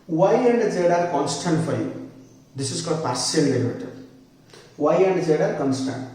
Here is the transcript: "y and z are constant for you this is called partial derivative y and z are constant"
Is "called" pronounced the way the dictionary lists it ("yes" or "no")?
no